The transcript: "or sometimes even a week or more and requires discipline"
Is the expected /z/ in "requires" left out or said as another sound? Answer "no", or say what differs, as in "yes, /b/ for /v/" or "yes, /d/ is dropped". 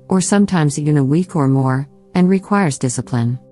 no